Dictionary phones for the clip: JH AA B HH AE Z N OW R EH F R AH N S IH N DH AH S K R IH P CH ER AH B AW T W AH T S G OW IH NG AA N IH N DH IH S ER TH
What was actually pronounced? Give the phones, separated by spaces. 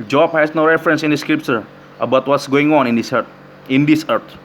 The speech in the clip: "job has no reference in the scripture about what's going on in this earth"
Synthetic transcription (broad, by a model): JH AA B HH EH S N OW R EH F R AH N S IH N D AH S K R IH P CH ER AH B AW T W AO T S G OW IH NG AA N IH N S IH S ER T